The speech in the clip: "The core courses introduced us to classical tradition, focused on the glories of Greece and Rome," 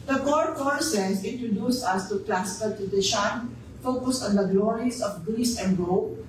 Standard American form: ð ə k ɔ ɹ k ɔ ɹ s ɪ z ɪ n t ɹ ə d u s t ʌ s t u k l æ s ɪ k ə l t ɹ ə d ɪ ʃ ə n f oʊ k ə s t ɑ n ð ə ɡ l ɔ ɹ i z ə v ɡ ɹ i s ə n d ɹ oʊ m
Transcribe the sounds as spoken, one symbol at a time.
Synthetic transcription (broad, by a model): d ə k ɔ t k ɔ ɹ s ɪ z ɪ n t ɹ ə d u s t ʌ s t u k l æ s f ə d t ə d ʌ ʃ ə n f oʊ k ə s ɑ n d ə ɡ l ɔ ɹ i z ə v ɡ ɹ i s ə n d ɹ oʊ